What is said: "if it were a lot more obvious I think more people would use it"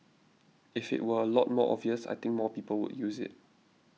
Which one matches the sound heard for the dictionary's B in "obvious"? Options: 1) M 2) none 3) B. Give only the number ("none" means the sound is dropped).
2